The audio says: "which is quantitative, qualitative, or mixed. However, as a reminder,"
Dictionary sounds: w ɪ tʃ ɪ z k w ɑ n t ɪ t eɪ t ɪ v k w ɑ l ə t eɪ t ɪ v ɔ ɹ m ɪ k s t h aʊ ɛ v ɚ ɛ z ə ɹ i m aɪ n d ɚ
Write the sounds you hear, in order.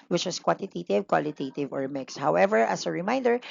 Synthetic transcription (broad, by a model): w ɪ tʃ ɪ s k w ɑ n t ɪ t eɪ t ɪ v k w ɑ l ə t eɪ t ɪ v ɔ ɹ m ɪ k s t h aʊ ɛ v ɚ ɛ s ə ɹ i m aɪ n d ɚ